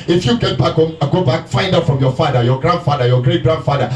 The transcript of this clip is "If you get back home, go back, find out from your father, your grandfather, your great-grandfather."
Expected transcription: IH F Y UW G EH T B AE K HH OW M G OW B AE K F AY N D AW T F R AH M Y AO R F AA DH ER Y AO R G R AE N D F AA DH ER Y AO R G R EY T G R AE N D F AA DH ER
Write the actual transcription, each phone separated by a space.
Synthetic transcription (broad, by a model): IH F Y UW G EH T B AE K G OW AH G OW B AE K F AY N D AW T F R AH M Y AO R F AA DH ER Y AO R G R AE N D F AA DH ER Y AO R G R EY T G R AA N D F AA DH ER